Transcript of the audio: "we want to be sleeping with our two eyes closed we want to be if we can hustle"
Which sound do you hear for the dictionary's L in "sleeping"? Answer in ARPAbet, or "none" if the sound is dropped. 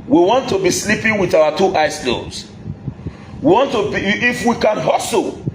L